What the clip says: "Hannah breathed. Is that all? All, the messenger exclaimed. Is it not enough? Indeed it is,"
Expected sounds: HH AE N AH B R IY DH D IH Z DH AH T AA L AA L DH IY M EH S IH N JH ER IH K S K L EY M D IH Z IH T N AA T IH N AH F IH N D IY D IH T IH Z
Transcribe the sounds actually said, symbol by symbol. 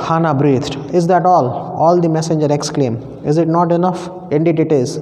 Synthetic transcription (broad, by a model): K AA N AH B R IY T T IH Z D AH T AA L AA L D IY M EH S IH N JH ER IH K S K L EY M IH Z IH T N AA T IH N AH F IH N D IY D IH T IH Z